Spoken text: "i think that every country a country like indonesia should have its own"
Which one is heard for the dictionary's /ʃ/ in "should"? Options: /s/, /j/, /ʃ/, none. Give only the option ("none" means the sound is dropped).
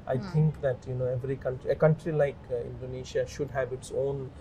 /ʃ/